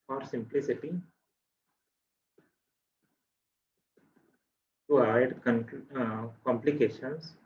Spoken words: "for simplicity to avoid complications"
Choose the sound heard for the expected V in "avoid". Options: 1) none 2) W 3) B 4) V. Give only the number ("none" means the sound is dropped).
1